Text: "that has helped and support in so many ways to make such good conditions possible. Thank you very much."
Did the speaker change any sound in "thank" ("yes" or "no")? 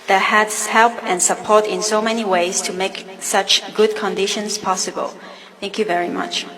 no